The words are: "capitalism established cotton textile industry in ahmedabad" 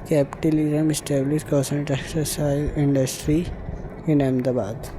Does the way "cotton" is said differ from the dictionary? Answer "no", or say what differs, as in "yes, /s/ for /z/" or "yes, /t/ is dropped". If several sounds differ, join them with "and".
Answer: yes, /s/ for /t/